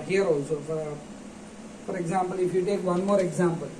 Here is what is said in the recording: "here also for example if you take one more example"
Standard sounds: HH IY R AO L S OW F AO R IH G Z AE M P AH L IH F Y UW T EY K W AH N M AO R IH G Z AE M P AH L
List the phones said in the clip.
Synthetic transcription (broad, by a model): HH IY R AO S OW F AO R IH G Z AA M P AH L IH F Y UW T EY K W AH N M AO R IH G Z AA M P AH L